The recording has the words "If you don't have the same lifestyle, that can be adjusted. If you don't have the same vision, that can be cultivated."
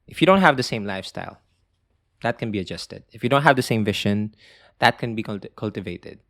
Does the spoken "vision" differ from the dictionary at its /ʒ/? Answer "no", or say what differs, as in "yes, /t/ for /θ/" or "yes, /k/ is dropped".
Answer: yes, /ʃ/ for /ʒ/